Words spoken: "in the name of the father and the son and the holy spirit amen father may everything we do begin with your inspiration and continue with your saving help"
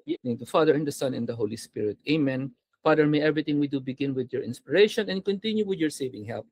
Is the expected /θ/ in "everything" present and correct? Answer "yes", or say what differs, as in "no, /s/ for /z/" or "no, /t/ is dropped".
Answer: no, /t/ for /θ/